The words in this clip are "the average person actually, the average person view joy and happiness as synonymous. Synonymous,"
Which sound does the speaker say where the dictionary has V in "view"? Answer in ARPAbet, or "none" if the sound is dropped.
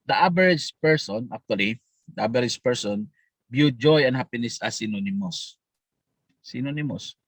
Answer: B